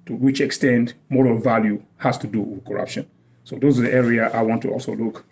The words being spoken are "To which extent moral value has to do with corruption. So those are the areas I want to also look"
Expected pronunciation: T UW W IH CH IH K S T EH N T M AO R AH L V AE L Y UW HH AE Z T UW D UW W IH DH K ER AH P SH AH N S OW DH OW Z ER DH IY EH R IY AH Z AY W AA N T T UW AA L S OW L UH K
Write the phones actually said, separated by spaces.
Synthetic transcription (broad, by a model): T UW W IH CH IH K S T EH N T M AO R AH L V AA L Y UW HH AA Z T UW D UW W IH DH K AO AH P SH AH N S OW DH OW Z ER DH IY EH R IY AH AY W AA N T T UW AA L S OW L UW K